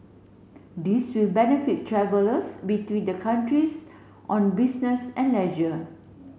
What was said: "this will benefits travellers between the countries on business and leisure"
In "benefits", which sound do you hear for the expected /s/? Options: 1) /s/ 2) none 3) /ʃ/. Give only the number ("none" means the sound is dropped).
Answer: 2